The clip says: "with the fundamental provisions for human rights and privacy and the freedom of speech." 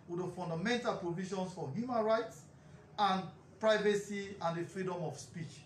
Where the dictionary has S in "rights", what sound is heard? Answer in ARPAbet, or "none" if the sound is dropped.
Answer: S